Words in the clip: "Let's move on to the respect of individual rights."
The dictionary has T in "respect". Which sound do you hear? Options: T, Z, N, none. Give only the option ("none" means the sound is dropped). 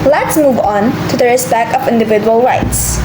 none